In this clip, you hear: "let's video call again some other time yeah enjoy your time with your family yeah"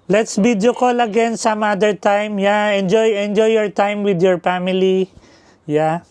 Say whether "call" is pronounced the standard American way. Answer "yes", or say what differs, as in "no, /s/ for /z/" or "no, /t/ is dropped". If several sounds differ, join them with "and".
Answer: yes